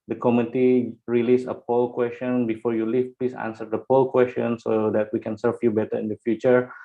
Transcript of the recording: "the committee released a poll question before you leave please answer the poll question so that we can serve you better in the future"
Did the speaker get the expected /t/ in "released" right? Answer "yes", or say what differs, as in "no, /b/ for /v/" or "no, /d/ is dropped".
no, /t/ is dropped